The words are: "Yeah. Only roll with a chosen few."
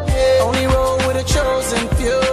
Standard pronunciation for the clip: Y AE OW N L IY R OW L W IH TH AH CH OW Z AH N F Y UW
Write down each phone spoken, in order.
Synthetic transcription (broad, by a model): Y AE OW N L IY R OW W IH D AH CH OW Z AH N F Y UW